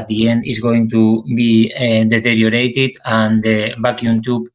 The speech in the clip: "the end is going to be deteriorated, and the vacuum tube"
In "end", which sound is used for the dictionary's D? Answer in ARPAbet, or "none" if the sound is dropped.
D